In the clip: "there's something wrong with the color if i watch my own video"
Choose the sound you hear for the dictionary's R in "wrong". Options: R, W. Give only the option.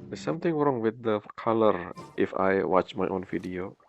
R